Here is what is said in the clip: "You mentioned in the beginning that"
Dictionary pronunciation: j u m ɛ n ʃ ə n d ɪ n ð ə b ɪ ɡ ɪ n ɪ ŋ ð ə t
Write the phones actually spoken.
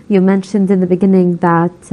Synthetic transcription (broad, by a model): j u m ɛ n ʃ ə n d ɪ n ð ə b ɪ ɡ ɪ n ɪ ŋ ð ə t